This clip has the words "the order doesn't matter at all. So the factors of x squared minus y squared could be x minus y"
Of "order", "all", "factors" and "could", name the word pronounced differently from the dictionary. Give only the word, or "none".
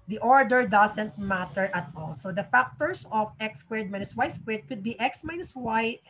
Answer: factors